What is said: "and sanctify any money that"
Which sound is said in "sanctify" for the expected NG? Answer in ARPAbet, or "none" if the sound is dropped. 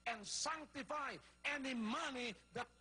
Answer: NG